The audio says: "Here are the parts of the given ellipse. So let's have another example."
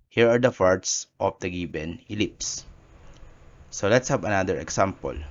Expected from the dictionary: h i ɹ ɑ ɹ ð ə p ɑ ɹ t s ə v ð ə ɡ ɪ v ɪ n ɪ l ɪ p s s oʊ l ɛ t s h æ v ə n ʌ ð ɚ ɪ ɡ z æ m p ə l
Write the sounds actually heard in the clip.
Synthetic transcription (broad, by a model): h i ɹ ɑ ɹ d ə f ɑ ɹ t s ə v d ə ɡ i b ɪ n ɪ l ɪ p s s oʊ l ɛ t s h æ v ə n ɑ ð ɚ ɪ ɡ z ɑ m p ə l